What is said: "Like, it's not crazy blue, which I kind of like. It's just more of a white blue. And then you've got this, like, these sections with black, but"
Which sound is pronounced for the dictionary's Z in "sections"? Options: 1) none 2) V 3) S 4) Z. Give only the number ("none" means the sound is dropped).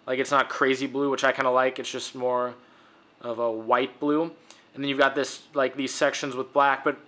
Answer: 4